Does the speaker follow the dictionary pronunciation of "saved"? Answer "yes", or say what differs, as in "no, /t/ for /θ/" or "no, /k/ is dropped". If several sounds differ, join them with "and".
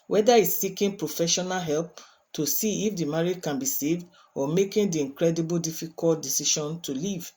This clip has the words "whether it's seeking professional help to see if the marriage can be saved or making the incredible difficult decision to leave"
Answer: yes